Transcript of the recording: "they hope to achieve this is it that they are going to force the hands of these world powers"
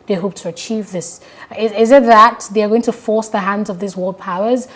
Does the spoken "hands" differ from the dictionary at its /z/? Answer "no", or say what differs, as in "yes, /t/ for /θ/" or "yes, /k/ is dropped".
no